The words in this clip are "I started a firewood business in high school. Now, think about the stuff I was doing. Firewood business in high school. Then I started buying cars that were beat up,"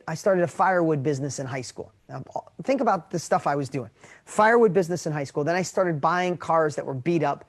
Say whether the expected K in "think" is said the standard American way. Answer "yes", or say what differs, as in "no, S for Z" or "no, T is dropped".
yes